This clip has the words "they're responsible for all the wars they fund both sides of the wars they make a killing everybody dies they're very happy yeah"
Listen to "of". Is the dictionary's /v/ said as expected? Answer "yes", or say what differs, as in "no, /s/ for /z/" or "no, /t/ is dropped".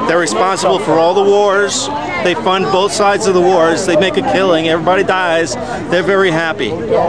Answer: yes